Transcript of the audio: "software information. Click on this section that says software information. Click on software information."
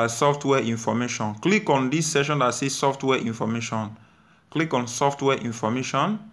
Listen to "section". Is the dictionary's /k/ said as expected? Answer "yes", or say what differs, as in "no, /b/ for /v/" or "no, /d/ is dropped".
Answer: no, /k/ is dropped